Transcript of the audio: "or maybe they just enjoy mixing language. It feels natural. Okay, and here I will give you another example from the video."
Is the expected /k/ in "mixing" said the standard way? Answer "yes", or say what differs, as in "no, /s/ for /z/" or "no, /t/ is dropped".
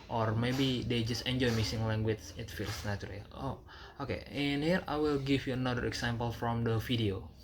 no, /k/ is dropped